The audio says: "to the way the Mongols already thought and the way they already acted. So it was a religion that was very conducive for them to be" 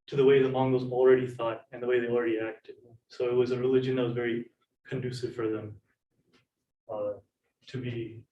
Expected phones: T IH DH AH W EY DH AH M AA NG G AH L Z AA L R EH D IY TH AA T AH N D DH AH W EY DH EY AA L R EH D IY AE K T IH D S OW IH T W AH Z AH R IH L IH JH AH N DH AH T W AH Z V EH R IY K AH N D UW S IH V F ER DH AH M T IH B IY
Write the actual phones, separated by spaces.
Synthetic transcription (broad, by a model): T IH DH AH W EY DH AH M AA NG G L Z L R EH D IY TH AA T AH N DH AH W EY DH EY AA L R EH D IY AE K T IH D S OW IH T W AH Z AH R IH L IH JH AH N DH AH T W AH Z V EH R IY K AH N D UW S IH V F ER DH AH M T IH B IY